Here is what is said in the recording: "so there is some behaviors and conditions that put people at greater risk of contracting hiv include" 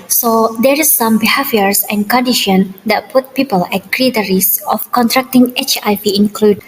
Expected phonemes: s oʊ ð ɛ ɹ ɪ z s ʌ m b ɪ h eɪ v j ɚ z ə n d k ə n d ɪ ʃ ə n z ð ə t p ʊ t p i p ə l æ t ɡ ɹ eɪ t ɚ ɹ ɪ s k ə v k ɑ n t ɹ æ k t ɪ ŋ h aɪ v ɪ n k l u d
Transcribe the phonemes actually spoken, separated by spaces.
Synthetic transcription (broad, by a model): s oʊ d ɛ ɹ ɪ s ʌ m b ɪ h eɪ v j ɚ s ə n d k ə n d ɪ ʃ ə n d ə t p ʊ t p i p ə l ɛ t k ɹ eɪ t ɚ ɹ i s ə f k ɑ n t ɹ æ k t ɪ ŋ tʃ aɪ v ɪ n k l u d